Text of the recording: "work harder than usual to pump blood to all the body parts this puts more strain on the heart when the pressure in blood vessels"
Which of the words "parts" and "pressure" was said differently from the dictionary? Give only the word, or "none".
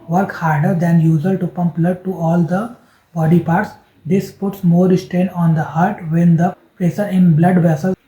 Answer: pressure